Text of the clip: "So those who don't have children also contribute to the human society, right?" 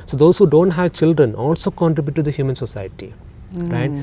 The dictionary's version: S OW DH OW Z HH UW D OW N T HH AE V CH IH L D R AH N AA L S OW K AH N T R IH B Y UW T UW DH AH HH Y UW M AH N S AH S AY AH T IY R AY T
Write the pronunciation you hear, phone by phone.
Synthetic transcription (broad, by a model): S OW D OW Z HH UW D OW N T HH AE V CH IH L D R AH N AA L S OW K AH N T R IH B Y UW T UW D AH HH Y UW M AH N S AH S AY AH T IY R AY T